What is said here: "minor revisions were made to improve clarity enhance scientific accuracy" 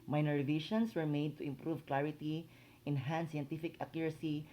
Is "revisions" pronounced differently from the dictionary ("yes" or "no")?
yes